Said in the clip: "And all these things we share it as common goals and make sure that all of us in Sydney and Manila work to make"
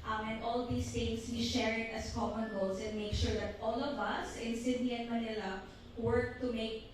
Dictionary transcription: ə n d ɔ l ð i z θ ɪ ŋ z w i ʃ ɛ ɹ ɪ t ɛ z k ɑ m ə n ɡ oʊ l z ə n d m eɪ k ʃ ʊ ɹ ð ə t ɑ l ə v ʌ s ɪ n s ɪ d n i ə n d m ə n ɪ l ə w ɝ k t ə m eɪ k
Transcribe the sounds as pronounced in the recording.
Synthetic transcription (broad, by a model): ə n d ɔ l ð i s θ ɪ ŋ s w i ʃ ɛ ɹ ɪ t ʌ s k ɑ m ə n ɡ oʊ l s ə n d m eɪ k ʃ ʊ ɹ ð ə t ɑ l ə v ʌ s ɪ n s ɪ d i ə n m ə n ɪ l ə w ɝ k t ə m eɪ k